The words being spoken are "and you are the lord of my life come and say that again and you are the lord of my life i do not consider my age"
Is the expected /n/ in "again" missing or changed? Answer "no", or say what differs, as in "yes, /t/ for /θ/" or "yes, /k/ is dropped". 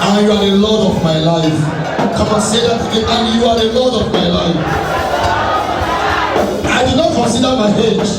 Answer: yes, /n/ is dropped